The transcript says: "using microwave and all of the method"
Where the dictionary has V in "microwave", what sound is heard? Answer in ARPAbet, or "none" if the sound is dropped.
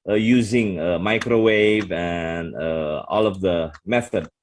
V